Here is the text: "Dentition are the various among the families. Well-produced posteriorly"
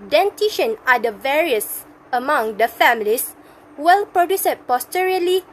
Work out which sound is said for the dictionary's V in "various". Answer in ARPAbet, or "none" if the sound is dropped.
V